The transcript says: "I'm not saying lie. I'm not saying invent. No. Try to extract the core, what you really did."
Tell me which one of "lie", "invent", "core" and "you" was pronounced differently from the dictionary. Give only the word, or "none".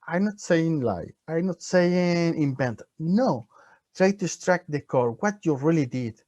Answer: invent